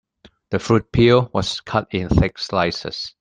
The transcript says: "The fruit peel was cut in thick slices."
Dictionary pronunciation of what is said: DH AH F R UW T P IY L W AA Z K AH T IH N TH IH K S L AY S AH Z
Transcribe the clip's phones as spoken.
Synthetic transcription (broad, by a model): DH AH F R UW T P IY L W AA S K AH T IH N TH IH K S L AY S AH S